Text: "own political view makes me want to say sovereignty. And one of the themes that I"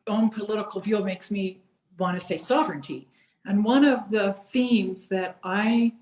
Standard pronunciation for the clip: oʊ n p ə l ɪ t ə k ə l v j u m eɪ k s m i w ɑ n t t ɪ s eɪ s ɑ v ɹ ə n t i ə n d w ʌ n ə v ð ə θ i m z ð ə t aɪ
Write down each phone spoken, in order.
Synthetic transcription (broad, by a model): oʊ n p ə l ɪ t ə k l v j u m eɪ k s m i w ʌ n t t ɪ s eɪ s ɑ v ɹ ə n t i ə n w ʌ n ə v ð ə θ i m z ð ə t aɪ